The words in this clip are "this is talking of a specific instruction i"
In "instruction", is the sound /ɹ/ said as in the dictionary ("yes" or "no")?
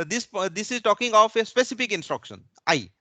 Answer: yes